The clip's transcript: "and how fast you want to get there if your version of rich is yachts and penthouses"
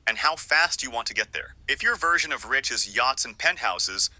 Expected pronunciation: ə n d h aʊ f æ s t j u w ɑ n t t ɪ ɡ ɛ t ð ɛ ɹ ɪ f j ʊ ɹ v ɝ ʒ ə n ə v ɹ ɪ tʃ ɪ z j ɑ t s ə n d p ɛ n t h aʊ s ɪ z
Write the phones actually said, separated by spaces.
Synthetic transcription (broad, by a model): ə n h aʊ f æ s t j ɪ w ɑ n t t ɪ ɡ ɛ t ð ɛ ɹ ɪ f j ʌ ɹ v ɝ ʒ ə n ə v ɹ ɪ tʃ ɪ z j ɑ t s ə n p ɛ n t h aʊ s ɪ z